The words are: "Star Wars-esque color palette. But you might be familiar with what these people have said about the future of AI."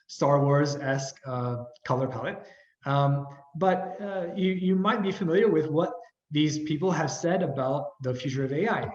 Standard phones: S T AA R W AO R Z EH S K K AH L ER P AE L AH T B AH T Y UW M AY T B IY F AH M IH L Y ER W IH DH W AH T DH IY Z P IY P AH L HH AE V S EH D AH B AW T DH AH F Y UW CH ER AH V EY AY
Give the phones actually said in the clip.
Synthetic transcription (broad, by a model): S T AA R W AO R Z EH S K K AH L ER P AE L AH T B AH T Y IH M AY T B IY F AH M IH L Y ER W IH DH W AH T DH IY Z P IY P L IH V S EH D AH B AW T DH AH F Y UW CH ER AH V EY AY